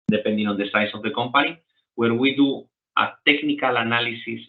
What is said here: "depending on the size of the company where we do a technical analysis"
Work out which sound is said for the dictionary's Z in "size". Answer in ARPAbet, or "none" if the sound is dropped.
S